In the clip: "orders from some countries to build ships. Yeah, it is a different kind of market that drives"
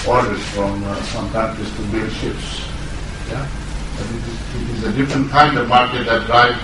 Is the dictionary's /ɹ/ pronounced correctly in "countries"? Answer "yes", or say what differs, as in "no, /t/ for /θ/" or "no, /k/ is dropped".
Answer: no, /ɹ/ is dropped